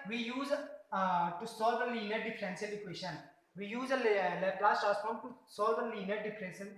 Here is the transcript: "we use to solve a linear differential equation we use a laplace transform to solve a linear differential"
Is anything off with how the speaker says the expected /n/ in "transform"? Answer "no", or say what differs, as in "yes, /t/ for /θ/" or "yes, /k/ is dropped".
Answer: yes, /n/ is dropped